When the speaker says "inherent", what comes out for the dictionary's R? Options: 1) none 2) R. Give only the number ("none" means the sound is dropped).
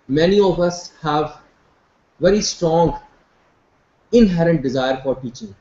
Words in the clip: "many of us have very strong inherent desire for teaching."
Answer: 2